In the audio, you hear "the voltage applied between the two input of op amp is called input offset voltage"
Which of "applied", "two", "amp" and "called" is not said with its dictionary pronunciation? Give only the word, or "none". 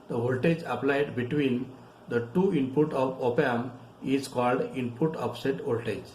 amp